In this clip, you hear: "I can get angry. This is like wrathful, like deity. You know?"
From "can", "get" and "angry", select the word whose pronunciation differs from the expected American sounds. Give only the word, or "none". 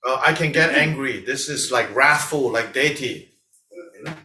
none